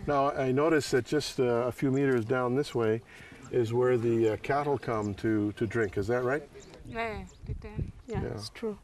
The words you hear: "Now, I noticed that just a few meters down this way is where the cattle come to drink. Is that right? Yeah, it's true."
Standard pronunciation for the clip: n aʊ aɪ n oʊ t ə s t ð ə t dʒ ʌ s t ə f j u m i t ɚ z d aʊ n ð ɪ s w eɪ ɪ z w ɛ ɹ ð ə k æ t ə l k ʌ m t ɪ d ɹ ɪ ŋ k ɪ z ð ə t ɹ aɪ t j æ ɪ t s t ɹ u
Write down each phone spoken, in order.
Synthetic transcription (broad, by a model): n aʊ aɪ n oʊ t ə s ð ə t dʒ ʌ s t ə f j u m i t ɚ z d aʊ n ð ɪ s w eɪ ɪ z w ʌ ɹ ð ə k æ t l k ʌ m t ɪ d ɹ ɪ ŋ k ɪ z ð ə t ɹ aɪ t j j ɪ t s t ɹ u